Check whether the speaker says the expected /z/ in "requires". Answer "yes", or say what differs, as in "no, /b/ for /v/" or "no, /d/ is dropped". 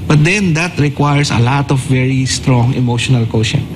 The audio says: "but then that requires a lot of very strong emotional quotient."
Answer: no, /s/ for /z/